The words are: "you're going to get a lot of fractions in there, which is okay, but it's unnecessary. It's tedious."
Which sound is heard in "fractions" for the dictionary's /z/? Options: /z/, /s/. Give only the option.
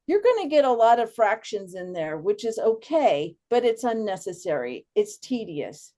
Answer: /z/